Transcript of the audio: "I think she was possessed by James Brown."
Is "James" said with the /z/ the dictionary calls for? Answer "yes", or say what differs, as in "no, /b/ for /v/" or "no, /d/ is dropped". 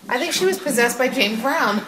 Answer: no, /z/ is dropped